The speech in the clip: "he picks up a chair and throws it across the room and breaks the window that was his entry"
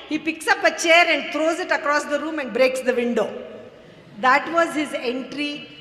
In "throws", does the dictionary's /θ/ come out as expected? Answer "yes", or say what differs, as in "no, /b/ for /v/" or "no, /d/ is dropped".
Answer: no, /t/ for /θ/